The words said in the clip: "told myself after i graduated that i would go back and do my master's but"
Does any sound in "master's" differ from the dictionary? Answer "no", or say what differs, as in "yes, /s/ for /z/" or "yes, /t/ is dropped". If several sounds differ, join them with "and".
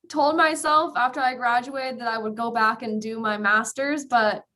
no